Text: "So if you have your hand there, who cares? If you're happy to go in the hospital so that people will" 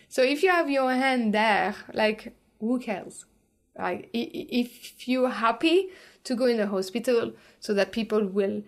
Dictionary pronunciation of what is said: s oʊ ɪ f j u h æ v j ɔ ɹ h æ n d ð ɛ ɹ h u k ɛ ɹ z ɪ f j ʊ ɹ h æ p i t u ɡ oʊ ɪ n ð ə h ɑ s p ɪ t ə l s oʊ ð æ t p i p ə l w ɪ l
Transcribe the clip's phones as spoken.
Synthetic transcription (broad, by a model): s oʊ ɪ f j u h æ v j ɔ ɹ h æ n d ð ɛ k h u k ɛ l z ɪ f j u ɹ h æ p i t u ɡ oʊ ɪ n ð ə h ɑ s p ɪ t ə l s oʊ ð æ t p i p ə l w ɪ l